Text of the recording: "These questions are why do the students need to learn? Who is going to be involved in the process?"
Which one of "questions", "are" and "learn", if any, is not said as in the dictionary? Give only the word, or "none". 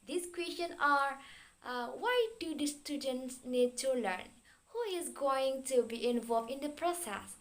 questions